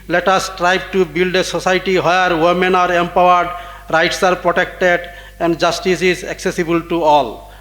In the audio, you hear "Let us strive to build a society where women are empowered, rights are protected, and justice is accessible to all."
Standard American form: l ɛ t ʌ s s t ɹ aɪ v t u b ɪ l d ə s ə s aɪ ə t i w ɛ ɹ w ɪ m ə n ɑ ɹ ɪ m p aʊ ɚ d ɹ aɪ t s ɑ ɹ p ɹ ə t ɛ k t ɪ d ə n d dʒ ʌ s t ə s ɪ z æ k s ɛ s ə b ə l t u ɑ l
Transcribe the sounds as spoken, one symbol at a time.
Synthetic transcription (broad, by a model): l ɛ t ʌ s s t ɹ aɪ b t u b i l d ə s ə s aɪ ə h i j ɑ ɹ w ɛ m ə n ɑ ɹ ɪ m p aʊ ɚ d ɹ aɪ t s ɑ ɹ p ɹ ə t ɛ k t ɪ d ə n d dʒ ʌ s t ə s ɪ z æ k s ɛ s ə b ə l t u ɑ l